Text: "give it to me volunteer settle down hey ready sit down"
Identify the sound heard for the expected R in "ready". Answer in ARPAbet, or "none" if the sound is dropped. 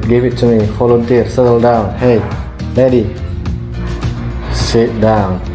L